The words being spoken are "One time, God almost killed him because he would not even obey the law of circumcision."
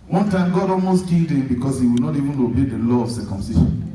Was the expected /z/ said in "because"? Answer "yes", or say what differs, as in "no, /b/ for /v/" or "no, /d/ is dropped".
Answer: no, /s/ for /z/